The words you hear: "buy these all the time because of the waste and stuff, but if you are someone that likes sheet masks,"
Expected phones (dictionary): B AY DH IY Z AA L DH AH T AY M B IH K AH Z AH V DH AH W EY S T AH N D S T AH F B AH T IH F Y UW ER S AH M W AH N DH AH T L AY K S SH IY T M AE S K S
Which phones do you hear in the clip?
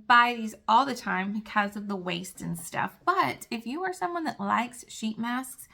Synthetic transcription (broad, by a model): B AY DH IY Z AA L DH AH T AY M B IH K AH Z AH V DH AH W EY S T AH N S T AH F B AH T IH F Y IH ER S AH M W AH N DH AH T L AY K S SH IY T M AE S K S